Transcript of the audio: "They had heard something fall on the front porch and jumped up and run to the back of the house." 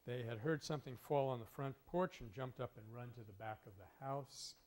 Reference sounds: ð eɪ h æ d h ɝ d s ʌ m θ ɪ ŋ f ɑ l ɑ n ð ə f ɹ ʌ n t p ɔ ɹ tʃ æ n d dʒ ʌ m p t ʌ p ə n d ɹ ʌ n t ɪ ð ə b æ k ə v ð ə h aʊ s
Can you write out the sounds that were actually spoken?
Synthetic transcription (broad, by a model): ð eɪ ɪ d h ɝ d s ʌ m θ ɪ ŋ f ɑ l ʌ n ð ə f ɹ ʌ n p ɔ ɹ tʃ n dʒ ʌ m p t ʌ p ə n ɹ ʌ n t ɪ ð ə b æ k ə v ð ə h aʊ s